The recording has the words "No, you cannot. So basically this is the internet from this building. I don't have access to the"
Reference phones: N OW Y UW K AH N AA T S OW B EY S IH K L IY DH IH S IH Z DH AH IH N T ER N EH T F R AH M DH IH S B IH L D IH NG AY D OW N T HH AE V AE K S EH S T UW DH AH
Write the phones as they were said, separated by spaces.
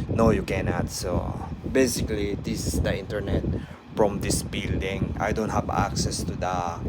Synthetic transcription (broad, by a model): N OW Y UW K AH N AA T S OW B EY S IH K L IY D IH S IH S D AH IH N T ER N EH T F R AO M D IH S B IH L D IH NG AY D OW N T HH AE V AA K S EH S T UW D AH